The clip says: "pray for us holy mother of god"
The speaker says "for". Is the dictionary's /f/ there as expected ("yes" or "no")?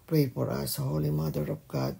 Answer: no